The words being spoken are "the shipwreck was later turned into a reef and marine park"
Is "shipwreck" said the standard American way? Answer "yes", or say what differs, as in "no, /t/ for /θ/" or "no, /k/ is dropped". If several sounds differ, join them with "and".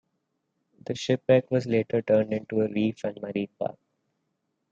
no, /ɹ/ is dropped